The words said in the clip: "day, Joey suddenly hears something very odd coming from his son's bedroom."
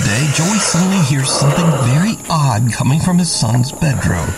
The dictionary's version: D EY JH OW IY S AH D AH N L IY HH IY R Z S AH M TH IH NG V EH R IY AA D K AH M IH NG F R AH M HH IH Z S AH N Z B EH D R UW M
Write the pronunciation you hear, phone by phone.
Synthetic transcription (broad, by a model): D EY JH OW IY S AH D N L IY HH IY R Z S AH M TH IH NG V EH R IY AA D K AH M IH NG F R AH M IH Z S AH N Z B EH D R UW M